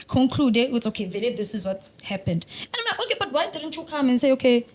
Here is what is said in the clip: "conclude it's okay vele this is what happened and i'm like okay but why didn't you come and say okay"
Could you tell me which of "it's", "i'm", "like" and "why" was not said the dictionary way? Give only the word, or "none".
like